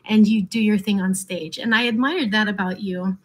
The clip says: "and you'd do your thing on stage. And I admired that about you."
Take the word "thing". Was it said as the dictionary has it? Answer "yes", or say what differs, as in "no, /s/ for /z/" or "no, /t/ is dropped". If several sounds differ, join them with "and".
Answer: yes